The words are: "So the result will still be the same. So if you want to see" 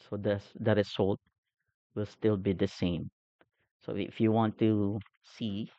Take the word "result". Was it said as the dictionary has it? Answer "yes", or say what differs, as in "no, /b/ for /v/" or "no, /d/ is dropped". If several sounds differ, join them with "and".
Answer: no, /s/ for /z/